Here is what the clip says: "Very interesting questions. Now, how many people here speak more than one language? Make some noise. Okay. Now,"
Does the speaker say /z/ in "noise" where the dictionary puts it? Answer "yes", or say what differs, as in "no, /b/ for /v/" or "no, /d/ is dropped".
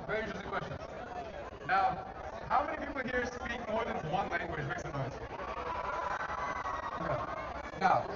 no, /s/ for /z/